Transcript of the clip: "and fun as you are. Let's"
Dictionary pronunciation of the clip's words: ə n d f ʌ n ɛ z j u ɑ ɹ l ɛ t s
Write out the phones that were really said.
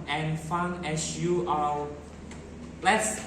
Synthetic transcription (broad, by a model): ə n f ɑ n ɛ s j u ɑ l l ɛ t s